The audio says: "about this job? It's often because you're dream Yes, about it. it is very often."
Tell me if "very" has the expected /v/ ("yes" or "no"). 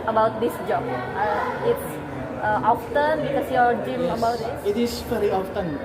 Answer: no